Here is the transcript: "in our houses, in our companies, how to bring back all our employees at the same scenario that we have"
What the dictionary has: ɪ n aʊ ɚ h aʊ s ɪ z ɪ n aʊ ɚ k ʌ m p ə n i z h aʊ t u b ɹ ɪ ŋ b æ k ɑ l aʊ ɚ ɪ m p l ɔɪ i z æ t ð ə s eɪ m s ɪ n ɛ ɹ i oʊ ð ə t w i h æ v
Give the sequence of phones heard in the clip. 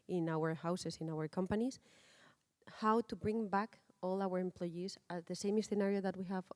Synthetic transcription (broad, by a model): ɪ n aʊ ɚ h aʊ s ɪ s ɪ n aʊ ɚ k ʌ m p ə n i s h aʊ t u b ɹ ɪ ŋ b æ k ɑ l aʊ ɚ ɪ m p l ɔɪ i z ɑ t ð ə s eɪ m s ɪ n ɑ ɹ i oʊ ð ə t w i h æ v